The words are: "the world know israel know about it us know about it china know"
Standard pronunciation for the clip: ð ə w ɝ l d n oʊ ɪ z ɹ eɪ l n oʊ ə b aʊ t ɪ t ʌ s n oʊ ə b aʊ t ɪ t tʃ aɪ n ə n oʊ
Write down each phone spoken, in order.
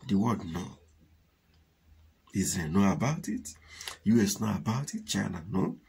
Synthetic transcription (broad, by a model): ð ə w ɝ d n oʊ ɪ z eɪ n oʊ ə b aʊ t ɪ t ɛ s n oʊ ə b aʊ t ɪ t tʃ aɪ n ə n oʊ